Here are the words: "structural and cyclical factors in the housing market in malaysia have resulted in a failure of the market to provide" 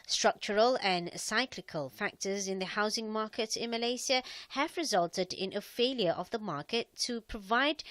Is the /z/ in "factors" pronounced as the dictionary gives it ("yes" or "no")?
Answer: yes